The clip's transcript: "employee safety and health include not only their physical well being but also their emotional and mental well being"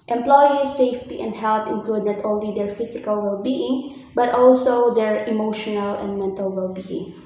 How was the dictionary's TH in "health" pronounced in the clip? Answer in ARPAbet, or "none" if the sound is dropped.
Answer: T